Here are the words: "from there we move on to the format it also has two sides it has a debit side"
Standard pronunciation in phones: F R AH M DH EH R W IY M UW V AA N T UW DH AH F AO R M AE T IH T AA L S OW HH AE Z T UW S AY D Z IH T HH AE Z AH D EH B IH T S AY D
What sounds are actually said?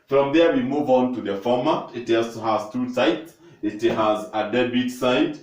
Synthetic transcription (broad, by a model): F R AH M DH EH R W IY M UW V AA N T UW DH AH F AO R M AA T IH T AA S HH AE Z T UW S AY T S IH T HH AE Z AH D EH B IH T S AY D